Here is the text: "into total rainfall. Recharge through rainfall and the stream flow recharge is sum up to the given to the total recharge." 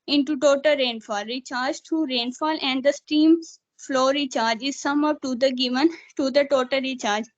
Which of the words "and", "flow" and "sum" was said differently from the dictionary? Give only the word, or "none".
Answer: none